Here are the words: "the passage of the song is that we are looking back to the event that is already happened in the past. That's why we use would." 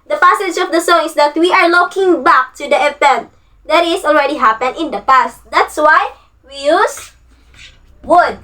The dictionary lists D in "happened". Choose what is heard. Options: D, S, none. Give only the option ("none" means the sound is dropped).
none